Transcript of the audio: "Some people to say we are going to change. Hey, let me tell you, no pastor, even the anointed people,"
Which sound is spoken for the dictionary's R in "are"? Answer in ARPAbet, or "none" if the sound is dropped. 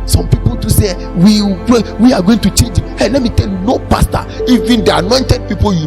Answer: W